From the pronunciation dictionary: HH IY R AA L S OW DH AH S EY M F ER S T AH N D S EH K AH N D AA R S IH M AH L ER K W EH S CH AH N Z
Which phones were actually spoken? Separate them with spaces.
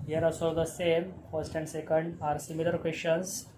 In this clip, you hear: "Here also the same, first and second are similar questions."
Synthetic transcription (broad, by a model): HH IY R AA S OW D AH S EY M F ER S T AH N D S EH K AH N D AA R S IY M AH L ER K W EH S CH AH N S